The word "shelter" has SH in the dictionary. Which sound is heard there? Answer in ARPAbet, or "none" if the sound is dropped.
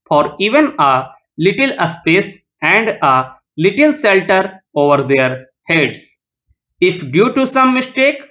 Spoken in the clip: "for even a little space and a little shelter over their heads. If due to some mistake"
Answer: S